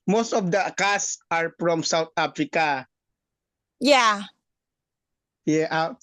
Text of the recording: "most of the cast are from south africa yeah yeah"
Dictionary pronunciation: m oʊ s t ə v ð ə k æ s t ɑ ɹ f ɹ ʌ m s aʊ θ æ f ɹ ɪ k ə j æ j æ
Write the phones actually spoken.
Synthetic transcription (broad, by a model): m oʊ s t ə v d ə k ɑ s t ɑ ɹ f ɹ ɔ m s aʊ t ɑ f ɹ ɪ k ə j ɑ j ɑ